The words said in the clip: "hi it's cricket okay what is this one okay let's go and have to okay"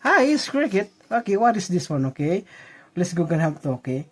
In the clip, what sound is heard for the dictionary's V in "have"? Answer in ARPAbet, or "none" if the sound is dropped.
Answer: P